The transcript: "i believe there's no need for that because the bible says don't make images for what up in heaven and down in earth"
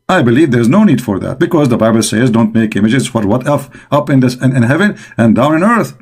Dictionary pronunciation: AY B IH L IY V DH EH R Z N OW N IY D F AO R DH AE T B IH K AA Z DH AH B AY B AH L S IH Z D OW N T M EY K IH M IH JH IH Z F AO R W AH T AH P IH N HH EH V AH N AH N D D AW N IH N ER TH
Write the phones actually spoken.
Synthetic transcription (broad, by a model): AY B IH L IY V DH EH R Z N OW N IY D F AO R DH AE T B IH K AA Z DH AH B AY B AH L S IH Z D OW N T M EY K IH M IH JH IH Z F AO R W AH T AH P IH N HH EH V AH N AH N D D AW N IH N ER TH